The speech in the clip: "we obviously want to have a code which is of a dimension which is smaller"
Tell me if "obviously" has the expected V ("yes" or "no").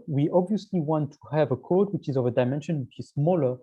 yes